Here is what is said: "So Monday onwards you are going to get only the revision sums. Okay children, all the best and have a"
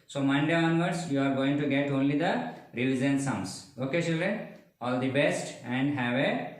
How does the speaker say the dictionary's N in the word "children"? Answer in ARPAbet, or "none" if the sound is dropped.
none